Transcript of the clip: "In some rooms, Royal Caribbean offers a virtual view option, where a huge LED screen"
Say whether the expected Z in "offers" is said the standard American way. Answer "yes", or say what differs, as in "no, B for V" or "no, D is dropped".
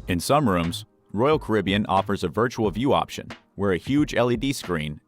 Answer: yes